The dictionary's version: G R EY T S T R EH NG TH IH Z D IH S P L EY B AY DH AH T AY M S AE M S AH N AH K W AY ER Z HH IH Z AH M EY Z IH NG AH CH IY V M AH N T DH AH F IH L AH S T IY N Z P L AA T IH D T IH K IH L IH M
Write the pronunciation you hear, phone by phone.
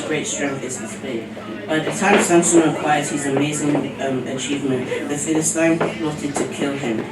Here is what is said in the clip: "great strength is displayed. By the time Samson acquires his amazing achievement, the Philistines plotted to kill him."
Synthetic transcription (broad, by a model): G R EY T S T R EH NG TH IH Z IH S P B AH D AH DH AH T AY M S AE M S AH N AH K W AY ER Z HH IH Z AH M EY Z IH NG AH CH IY V M AH N T DH AH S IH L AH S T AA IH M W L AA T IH D T IH K IH L IH M